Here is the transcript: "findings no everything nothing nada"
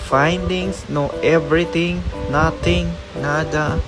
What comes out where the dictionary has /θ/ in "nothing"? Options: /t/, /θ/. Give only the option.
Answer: /t/